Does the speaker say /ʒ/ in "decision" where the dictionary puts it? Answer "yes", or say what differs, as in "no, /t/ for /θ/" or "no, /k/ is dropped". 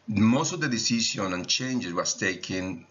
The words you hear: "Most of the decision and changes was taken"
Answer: no, /ʃ/ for /ʒ/